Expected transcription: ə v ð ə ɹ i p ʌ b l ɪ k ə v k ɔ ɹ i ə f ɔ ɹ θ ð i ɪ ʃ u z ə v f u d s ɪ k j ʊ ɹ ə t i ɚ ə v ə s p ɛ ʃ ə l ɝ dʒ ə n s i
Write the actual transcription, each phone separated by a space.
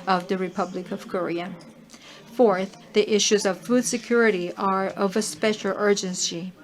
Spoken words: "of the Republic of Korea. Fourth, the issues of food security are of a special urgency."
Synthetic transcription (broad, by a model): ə v ð ə ɹ i p ʌ b l ɪ k ə v k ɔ ɹ i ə f ɔ ɹ θ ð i ɪ ʃ u z ə v f u d s ɪ k j ʊ ɹ ə t i ɚ ə v ə s p ɛ ʃ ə l ɝ dʒ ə n s i